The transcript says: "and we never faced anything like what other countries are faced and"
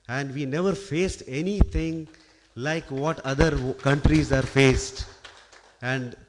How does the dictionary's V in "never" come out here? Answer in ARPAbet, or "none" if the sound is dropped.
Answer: V